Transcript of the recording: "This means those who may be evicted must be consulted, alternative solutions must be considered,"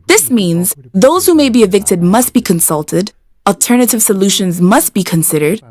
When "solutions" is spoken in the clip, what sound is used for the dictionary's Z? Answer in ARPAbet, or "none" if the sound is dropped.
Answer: Z